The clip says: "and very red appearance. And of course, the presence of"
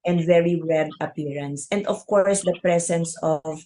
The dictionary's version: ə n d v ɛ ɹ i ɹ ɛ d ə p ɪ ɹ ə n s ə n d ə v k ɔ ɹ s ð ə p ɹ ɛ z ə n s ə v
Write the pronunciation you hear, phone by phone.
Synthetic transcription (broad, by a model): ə n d v ɛ ɹ i ɹ ɛ d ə p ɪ ɹ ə n s ə n d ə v k ɔ ɹ s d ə p ɹ ɛ s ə n s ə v